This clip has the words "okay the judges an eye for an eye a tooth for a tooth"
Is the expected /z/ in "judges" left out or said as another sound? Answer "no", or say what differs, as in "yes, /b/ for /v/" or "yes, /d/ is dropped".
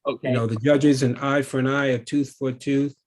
no